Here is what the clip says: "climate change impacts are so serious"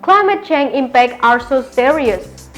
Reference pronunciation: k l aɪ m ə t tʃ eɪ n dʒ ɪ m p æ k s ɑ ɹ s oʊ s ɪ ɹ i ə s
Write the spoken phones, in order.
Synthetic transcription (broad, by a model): k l aɪ m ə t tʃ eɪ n ɪ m p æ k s ɑ ɹ s oʊ s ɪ ɹ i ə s